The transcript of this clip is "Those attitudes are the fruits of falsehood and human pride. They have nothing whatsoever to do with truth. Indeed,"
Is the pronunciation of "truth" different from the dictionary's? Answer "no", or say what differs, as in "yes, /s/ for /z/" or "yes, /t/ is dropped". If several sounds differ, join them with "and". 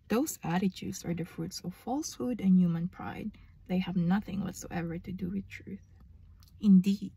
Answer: no